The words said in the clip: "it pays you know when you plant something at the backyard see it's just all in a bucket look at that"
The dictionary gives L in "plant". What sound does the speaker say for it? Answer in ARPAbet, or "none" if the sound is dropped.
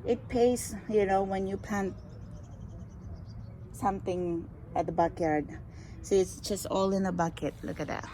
none